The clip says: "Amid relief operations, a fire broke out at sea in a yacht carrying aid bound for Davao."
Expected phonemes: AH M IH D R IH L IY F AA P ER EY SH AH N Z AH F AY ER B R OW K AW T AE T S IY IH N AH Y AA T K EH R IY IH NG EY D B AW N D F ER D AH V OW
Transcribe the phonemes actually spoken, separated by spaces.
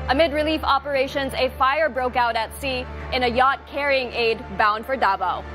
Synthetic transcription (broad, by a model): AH M IH D R IH L IY F AA P ER EY SH AH N Z AH F AY ER B R OW K AW T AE T S IY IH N AH Y AA T K EH R IY IH NG EY D B AW N D F ER D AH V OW